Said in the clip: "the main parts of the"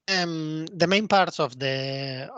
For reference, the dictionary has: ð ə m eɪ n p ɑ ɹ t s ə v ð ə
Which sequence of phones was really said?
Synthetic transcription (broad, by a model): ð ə m eɪ n p ɑ ɹ t s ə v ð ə